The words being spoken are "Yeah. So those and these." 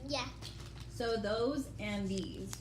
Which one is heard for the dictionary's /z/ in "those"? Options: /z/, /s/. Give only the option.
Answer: /z/